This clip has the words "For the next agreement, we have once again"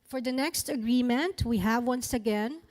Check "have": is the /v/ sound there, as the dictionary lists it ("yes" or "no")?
yes